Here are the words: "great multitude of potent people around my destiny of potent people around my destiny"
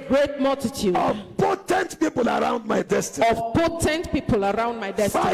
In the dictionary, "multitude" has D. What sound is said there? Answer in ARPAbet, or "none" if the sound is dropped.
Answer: none